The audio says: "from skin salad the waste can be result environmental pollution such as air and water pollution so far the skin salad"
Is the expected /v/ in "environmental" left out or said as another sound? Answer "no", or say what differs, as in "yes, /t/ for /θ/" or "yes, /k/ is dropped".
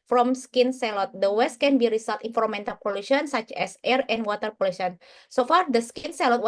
yes, /f/ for /v/